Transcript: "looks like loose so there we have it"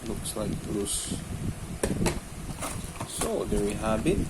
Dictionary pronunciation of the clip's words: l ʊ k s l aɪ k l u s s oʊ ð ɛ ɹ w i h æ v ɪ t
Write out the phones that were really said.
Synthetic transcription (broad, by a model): l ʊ k s l aɪ k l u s s oʊ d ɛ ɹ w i h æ b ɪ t